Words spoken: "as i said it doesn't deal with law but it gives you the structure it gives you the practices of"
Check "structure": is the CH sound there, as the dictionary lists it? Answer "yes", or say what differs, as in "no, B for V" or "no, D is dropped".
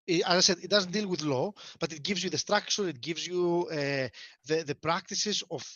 no, SH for CH